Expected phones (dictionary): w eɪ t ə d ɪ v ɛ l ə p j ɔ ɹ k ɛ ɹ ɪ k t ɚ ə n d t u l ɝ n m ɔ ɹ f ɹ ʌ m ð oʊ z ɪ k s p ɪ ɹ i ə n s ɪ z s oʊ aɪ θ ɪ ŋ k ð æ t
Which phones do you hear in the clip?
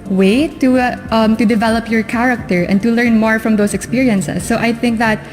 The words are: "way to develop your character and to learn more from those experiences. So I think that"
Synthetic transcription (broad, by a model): w eɪ t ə d ɪ v ɛ l ə p j ɔ ɹ k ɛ ɹ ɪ k t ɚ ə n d t u l ɝ n m ɔ ɹ f ɹ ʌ m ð oʊ s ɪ k s p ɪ ɹ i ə n s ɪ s oʊ aɪ θ ɪ ŋ k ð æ t